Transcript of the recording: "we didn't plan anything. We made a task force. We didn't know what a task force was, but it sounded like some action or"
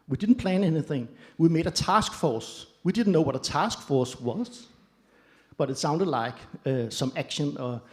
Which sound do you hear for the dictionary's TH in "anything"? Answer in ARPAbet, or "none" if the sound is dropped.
TH